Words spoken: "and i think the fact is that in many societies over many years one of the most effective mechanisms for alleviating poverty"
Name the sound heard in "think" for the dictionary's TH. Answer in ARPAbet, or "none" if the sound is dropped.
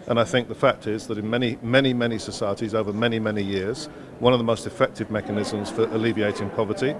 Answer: TH